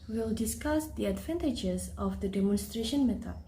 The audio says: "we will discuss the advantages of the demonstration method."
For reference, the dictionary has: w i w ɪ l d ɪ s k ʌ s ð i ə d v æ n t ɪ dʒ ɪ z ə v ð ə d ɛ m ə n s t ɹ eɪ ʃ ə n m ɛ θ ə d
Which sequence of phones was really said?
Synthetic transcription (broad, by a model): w w ɪ l d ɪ s k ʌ s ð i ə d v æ n t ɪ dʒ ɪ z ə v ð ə d ɛ m ə n s t ɹ eɪ ʃ ə n m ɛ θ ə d